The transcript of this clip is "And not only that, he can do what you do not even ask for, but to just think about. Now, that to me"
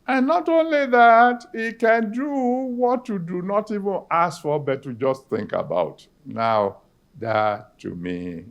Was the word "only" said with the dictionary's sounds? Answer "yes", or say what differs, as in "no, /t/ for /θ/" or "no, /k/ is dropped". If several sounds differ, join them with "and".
yes